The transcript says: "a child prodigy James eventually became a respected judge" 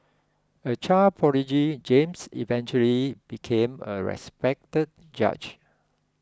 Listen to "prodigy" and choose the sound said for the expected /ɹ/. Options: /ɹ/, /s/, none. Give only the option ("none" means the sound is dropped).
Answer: none